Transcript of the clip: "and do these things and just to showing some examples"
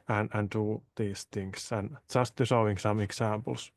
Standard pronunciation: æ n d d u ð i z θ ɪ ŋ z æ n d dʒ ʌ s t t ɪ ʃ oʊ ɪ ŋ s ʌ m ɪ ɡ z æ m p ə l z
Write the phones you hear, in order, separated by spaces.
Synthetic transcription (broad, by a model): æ n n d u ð i s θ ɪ ŋ s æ n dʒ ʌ s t t ɪ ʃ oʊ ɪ ŋ s ʌ m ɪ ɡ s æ m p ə l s